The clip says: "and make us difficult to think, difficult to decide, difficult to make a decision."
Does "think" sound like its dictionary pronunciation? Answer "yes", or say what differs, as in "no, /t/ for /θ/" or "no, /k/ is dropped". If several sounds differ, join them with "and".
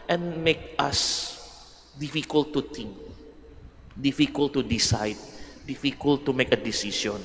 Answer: no, /t/ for /θ/